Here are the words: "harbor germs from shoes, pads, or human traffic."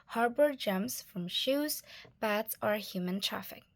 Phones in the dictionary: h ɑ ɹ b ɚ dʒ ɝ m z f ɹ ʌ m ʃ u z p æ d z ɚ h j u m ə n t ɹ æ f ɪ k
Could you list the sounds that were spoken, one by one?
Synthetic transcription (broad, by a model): h ɑ ɹ b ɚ dʒ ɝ m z f ɹ ʌ m ʃ u z b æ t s ɚ h j u m ə n t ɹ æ f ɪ k